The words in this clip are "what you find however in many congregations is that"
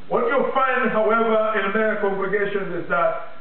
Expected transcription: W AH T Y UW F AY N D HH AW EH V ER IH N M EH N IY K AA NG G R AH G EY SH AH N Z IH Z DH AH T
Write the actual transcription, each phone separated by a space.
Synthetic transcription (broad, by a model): W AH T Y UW F AY N D HH AW EH V ER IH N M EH IY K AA NG G R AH G EY SH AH N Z IH Z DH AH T